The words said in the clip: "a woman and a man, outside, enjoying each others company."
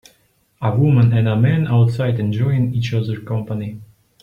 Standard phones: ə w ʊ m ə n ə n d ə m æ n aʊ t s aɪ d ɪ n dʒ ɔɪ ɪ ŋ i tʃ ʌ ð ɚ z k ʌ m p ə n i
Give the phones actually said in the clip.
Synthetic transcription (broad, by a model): ə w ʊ m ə n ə n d ə m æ n aʊ t s aɪ d ɪ n dʒ ɔɪ ɪ ŋ i tʃ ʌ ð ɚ k ʌ m p ə n i